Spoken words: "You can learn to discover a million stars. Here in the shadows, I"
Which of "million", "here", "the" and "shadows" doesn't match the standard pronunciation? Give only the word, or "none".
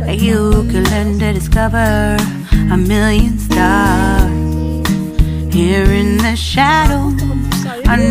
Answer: shadows